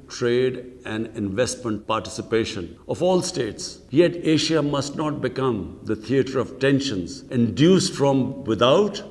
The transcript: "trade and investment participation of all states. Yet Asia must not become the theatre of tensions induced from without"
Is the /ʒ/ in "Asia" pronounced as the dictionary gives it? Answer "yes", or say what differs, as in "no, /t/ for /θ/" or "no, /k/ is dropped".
no, /ʃ/ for /ʒ/